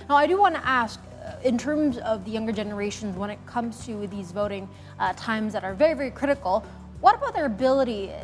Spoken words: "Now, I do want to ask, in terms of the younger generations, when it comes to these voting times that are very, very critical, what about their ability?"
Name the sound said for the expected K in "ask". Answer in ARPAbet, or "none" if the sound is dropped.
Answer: K